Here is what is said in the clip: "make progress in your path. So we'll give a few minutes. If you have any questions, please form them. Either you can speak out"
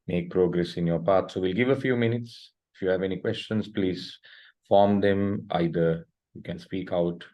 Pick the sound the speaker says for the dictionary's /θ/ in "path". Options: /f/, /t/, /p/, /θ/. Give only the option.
/t/